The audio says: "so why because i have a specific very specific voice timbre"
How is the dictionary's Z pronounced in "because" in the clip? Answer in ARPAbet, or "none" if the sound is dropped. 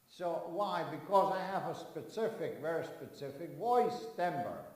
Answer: Z